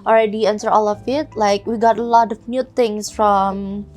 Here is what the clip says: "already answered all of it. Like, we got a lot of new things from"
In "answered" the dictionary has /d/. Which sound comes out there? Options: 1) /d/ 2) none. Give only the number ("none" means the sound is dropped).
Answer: 2